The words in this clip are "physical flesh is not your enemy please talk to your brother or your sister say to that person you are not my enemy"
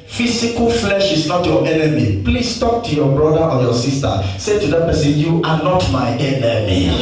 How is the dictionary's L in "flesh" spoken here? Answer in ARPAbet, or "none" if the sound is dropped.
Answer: L